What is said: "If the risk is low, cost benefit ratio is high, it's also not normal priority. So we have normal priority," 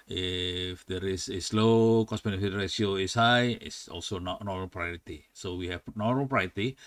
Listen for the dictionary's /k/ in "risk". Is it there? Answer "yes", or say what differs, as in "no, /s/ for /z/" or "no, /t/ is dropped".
no, /k/ is dropped